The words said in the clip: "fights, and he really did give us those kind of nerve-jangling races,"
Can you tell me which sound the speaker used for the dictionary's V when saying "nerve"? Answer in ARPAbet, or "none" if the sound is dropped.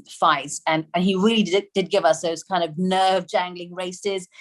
V